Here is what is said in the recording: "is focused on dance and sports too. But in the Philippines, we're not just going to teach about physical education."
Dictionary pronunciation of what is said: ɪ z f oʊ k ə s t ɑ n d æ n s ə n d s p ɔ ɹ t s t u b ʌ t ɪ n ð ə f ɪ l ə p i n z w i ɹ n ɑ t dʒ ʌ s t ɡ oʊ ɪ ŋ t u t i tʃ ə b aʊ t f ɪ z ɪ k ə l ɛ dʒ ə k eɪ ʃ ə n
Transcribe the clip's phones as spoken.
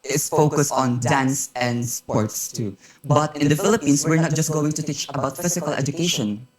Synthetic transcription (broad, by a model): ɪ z f oʊ k ə s t ɑ n d æ n s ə n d s p ɔ ɹ t s t u b ʌ t ɪ n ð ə f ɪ l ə p i n s w i ɹ n ɑ t dʒ ʌ s t ɡ oʊ ɪ ŋ t u t i tʃ ə b aʊ t f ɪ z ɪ k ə l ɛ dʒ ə k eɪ ʃ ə n